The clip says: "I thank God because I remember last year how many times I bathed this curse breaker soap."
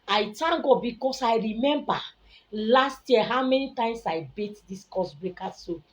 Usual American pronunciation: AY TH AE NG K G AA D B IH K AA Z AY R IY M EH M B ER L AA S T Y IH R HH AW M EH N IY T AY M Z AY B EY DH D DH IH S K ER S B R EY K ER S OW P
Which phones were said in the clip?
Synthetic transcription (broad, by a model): AY T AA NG G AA B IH K AA S AY R IY M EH M B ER L AA S T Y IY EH HH AW M EH N IY T AY M S AY B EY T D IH S K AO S B R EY K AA S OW